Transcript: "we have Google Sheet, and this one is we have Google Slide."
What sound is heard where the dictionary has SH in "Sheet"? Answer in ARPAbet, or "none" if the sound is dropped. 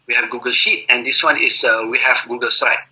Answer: SH